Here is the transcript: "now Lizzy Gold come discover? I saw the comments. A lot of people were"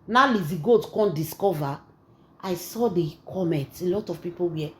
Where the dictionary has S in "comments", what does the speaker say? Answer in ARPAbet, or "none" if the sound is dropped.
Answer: none